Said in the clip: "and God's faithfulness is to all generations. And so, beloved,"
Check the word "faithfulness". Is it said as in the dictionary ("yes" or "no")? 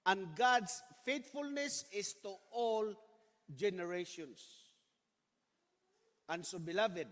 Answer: no